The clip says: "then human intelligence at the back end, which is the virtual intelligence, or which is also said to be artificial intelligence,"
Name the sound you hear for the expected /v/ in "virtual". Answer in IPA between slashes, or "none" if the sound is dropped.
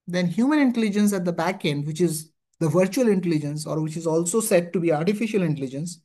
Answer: /v/